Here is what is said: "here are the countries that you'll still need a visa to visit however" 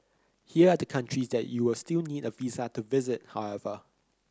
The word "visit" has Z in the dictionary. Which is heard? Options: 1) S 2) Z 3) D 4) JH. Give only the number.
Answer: 2